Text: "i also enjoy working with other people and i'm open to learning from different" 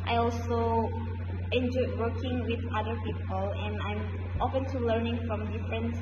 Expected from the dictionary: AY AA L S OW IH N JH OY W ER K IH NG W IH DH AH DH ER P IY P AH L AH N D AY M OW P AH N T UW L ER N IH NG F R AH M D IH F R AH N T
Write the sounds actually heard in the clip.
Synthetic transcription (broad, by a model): AY AA L S OW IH N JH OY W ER K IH NG W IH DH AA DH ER P IY P AH L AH N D AY M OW F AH N T UW L ER N IH NG F R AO M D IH F R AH N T